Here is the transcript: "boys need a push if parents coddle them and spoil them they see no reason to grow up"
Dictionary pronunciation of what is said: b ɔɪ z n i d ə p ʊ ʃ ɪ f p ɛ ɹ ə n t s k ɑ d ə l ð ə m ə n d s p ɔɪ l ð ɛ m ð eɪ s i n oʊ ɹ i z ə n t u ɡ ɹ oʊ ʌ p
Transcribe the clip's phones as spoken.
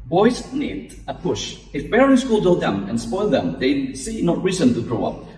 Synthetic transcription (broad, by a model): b ɔɪ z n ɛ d ə p ʊ ʃ ɪ f b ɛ ɹ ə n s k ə l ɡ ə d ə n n s p ɔɪ l ð ɛ m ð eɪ s i n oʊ ɹ i z ə n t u ɡ ɹ oʊ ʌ p